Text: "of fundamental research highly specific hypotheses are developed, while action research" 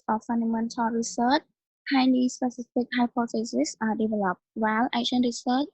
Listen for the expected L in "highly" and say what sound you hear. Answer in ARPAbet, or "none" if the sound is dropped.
N